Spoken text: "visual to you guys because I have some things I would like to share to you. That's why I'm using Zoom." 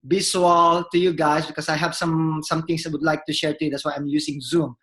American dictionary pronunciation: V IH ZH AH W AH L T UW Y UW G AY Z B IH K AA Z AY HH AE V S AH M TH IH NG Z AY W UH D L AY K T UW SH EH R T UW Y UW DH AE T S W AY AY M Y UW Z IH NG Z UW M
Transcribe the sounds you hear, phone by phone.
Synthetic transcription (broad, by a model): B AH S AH L T UW Y UW G AY S B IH K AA S AY HH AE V S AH M T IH NG S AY W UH D L AY K T UW SH EH R T UW Y UW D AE T S W AY AY M Y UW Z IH NG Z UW M